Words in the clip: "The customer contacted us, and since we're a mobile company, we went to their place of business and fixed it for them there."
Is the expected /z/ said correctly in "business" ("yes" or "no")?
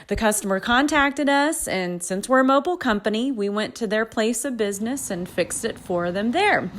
yes